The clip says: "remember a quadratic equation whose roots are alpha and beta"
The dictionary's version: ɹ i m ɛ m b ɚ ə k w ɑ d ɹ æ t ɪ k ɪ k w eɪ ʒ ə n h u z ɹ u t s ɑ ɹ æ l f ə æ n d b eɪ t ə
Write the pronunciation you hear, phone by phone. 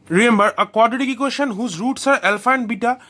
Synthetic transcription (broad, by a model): ɹ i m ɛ m b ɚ ə k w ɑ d i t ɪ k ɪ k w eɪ ʃ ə n h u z ɹ u t s ɑ ɹ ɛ l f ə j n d b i t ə